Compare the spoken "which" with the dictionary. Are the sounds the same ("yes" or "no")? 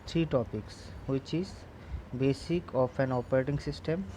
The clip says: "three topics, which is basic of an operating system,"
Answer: yes